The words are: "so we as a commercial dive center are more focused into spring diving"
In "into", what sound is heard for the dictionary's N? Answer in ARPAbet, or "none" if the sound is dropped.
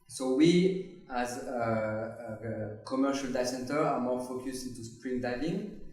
N